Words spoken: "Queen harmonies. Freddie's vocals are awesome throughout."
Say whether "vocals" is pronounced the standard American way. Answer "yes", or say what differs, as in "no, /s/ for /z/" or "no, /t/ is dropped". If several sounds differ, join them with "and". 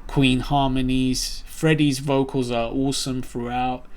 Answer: yes